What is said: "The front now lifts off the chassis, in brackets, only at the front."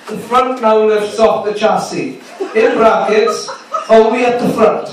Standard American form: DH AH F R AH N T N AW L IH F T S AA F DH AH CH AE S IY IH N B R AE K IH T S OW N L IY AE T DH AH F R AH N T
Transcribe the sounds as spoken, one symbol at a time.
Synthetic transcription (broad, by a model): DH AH F R AH N T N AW N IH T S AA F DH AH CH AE S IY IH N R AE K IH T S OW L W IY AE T DH AH F R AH N T